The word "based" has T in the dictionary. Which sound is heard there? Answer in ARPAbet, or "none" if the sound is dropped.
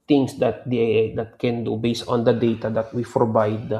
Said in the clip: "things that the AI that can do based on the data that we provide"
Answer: T